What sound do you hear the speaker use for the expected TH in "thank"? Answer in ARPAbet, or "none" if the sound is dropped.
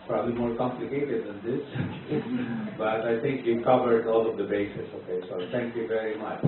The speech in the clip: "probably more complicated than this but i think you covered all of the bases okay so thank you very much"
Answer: T